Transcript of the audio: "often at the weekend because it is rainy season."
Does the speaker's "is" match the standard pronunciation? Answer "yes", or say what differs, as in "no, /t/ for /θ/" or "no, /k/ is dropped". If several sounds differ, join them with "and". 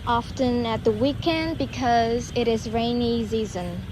yes